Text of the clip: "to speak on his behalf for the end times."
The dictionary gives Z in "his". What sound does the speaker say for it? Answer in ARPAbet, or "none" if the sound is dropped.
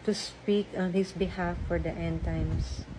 S